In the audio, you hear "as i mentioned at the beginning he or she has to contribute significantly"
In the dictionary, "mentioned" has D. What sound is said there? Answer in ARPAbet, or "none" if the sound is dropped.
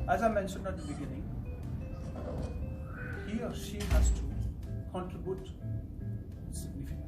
D